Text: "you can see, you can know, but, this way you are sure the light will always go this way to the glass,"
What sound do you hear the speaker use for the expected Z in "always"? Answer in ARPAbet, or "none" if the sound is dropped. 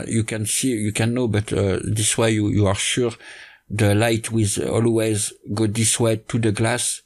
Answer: Z